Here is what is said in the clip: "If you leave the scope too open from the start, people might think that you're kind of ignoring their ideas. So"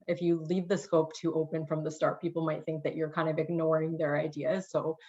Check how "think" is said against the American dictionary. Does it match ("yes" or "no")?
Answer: yes